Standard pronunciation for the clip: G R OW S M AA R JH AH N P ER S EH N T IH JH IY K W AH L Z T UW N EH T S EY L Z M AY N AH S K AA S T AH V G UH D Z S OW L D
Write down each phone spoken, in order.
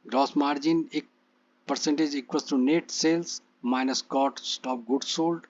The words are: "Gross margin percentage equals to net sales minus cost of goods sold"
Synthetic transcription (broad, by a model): G R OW S M AA R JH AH N P ER S EH N T IH JH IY K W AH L T UW N EH T S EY L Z M AY N AH S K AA S T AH P G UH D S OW L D